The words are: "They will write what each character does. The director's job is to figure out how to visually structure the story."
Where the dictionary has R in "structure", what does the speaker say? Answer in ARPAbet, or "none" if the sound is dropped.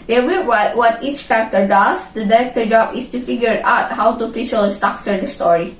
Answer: none